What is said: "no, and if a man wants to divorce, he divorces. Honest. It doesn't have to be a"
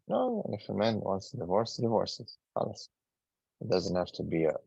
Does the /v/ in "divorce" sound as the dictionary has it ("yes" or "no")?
yes